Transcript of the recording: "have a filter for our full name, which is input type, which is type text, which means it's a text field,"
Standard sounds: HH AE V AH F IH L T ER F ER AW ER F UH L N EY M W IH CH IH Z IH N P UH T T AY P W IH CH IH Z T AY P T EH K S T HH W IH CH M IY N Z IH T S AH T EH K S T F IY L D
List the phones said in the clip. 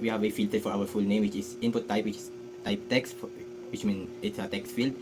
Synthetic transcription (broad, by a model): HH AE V AH F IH L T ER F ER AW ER F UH L N EY M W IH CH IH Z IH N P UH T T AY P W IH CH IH S T AY P T EH K S T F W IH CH M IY N IH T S AH T EH K S T F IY L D